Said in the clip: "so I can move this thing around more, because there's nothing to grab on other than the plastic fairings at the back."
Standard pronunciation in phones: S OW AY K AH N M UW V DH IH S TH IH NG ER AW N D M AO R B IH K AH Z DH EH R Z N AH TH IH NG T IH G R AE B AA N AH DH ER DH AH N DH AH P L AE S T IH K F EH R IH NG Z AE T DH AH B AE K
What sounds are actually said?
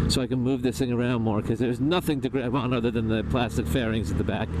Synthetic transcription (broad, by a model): S OW AY K AH N M UW V DH IH S TH IH NG ER AW N D M AO R K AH Z DH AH R Z N AH TH IH NG T IH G R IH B AA N AH DH ER DH AH N DH AH P L AE S T IH K F EH R IH NG Z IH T DH AH B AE K